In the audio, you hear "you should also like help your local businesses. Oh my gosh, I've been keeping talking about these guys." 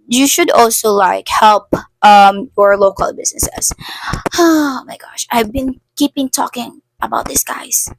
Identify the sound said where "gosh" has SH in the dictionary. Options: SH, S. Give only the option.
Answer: SH